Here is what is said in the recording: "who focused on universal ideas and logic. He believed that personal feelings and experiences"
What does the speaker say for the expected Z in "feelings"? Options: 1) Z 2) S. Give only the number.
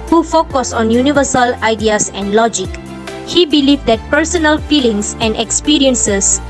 2